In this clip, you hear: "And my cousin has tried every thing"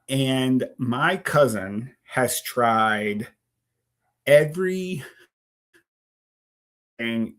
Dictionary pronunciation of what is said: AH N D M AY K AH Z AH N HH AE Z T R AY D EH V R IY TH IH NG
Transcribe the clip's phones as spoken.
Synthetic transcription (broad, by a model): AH N M AY K AH Z AH N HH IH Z T R AY D EH V R IY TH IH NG